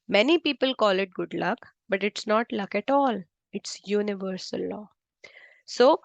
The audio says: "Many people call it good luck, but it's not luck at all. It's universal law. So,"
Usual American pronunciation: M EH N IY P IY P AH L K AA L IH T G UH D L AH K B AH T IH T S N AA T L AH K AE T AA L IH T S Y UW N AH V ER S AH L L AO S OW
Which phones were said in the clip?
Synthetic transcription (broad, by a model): M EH N IY P IY P AH L K AA L IH T G UH D L AH K B AH T IH T S N AA T L AH K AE T AA L IH T S Y UW N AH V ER S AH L L AO S OW